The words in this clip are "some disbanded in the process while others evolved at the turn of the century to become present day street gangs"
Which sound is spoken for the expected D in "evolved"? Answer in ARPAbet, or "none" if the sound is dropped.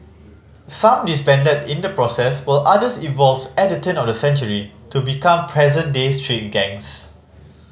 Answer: none